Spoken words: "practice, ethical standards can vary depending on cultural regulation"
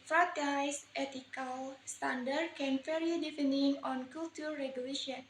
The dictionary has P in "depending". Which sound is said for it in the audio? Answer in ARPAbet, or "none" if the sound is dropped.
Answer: F